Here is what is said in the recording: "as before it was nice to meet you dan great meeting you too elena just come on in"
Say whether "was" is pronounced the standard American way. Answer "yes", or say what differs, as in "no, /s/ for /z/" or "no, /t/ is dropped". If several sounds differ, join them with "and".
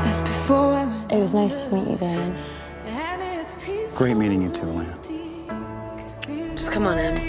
yes